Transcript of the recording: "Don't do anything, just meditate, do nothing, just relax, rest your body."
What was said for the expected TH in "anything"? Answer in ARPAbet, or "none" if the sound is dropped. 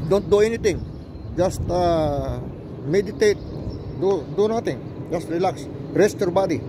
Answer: T